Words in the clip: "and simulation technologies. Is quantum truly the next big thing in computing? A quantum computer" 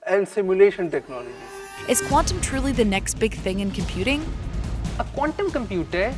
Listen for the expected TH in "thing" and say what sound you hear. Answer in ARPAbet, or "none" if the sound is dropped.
TH